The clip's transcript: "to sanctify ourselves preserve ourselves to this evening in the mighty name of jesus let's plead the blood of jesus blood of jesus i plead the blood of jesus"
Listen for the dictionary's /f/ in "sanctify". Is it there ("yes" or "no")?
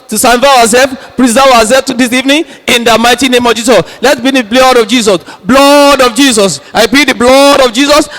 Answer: no